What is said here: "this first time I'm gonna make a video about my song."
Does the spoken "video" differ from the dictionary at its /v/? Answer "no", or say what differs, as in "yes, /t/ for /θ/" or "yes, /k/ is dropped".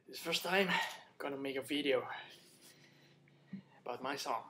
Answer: no